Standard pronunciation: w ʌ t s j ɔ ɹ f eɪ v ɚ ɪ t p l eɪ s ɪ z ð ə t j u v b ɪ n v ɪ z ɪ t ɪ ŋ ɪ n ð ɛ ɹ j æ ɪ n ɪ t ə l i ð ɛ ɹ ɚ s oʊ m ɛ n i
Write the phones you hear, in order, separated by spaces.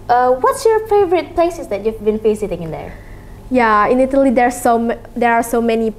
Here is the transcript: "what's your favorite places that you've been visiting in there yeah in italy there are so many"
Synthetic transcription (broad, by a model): w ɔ t s j ɔ ɹ f eɪ v ɚ ɪ t p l eɪ s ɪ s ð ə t j u v b ɪ n f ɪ s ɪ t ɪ ŋ ɪ n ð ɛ ɹ j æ ɪ n ɪ t ə l i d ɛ ɹ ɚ s oʊ m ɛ n i